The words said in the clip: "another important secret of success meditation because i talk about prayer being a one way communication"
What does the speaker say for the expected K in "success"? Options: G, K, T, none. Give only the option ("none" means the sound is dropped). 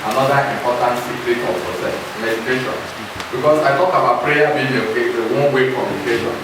none